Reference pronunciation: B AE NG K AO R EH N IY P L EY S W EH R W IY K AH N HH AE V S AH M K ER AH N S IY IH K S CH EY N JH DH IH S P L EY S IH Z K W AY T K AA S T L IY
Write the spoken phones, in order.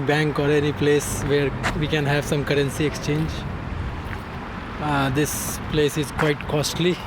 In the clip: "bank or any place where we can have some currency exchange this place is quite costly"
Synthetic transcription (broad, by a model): B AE NG K AO R EH N IY P L EY S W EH R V IY K AH N HH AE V S AH M K ER AH N S IY IH K S CH EY N JH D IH S P L EY S IH Z K W AY T K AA S T L IY